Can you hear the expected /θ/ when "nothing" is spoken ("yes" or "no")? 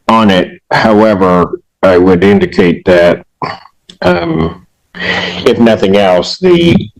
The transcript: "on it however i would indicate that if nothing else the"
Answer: yes